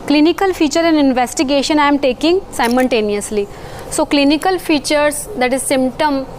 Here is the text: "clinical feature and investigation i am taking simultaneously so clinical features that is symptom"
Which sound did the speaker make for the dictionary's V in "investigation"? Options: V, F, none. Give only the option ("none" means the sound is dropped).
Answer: V